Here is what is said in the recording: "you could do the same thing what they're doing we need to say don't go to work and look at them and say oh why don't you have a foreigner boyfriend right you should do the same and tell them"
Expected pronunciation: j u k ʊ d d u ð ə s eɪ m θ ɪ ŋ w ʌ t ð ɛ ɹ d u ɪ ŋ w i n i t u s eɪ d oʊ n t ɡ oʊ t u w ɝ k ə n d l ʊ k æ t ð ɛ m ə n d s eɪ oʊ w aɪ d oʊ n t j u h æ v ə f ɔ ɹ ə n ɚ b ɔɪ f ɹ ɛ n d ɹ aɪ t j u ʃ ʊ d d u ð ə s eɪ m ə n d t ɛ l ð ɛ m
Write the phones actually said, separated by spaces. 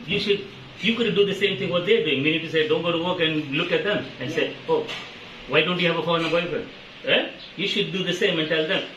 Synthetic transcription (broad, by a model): j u k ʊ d d u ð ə s eɪ m t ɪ ŋ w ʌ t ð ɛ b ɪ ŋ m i n i t u s eɪ d oʊ n t ɡ oʊ t u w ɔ k ə n d l ʊ k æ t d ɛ m ə n d s eɪ oʊ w aɪ d oʊ n t j u h æ v ə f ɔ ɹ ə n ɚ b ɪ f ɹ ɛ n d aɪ j u ʃ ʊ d d u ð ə s eɪ m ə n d t ɛ l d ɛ m